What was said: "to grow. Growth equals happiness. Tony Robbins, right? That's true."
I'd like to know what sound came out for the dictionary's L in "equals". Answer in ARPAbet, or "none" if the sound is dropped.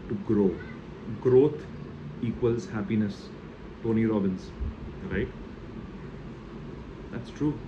L